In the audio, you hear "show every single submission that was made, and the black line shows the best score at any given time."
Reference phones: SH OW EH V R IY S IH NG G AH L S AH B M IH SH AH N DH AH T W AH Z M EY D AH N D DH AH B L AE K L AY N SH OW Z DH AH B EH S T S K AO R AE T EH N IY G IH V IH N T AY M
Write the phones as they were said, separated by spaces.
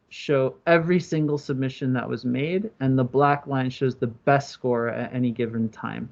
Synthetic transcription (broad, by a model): SH OW EH V R IY S IH NG G L S AH B M IH SH AH N DH AH T W AH Z M EY D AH N DH AH B L AE K L AY N SH OW Z DH AH B EH S T S K AO R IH T EH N IY G IH V IH N T AY M